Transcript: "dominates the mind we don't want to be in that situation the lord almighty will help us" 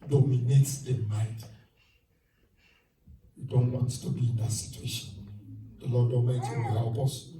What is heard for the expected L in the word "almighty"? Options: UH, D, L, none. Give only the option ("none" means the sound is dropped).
none